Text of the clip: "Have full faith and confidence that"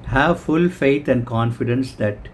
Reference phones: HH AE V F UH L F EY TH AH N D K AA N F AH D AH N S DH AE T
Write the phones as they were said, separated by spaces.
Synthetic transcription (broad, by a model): HH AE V F UH L F EY T AH N D K AA N F AH D AH N S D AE T